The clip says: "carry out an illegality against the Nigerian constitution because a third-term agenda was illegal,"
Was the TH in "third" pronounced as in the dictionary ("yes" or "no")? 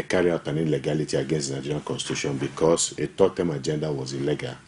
no